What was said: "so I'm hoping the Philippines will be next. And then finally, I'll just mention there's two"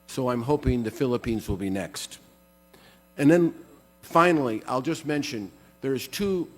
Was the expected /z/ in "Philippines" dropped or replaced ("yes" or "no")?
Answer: no